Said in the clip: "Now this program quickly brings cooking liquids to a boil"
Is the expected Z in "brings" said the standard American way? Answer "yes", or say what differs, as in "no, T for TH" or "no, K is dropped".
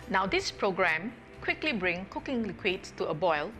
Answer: no, Z is dropped